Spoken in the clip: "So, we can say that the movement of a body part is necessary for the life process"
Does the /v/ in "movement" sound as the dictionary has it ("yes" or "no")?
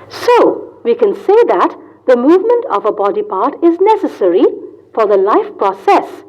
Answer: yes